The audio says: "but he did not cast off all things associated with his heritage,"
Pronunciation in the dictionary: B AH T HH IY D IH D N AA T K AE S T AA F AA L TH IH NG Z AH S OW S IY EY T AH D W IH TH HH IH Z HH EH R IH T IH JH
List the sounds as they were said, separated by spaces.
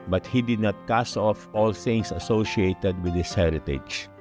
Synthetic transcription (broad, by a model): B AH T HH IY D IH D N AA T K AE S AA F AA L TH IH NG S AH S OW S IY EY T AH D W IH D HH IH S HH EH R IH T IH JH